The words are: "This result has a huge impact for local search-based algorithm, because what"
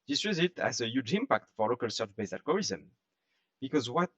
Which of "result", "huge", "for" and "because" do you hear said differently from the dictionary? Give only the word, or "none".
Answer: result